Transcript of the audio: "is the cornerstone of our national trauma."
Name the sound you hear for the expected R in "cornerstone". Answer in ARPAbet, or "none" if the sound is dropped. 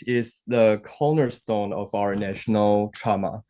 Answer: L